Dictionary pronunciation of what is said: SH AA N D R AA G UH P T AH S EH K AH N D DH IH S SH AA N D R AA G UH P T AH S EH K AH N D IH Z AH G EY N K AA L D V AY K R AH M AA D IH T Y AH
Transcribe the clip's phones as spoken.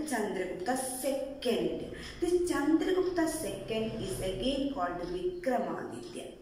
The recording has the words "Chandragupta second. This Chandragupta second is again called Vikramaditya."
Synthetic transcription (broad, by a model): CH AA N D R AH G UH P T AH S EH K AH N D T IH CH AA N D R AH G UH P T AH S EH K AH N D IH S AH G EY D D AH D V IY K R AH M AA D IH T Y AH